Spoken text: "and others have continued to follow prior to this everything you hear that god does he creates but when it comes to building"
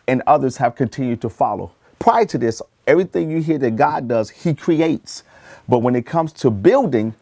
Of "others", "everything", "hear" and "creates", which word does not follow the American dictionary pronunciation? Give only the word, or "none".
none